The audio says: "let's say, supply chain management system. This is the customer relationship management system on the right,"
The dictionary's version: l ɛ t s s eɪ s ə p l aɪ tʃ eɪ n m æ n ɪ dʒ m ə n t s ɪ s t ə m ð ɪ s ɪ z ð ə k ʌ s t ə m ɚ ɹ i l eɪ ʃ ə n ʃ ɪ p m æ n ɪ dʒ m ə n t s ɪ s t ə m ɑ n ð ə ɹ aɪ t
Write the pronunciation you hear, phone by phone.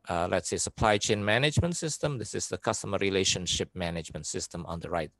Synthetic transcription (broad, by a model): l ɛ t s s eɪ s ə p l aɪ tʃ eɪ n m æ n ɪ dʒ m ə n t s ɪ s t ə m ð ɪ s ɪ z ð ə k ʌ s t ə m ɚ ɹ i l eɪ ʃ ə n ʃ ɪ p m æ n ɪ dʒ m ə n t s ɪ s t ə m ɑ n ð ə ɹ aɪ t